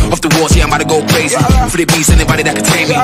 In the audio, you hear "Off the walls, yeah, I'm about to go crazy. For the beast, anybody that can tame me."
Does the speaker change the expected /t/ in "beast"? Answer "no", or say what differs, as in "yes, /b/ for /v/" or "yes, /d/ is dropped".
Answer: yes, /t/ is dropped